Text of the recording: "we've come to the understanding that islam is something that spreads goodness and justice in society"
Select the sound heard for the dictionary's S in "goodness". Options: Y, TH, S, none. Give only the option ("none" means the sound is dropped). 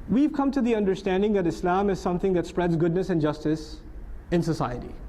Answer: S